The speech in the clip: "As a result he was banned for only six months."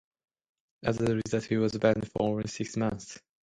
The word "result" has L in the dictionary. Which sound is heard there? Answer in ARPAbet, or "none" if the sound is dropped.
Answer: none